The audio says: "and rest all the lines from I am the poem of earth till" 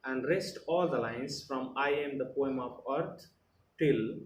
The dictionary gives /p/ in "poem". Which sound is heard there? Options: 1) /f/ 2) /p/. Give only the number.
2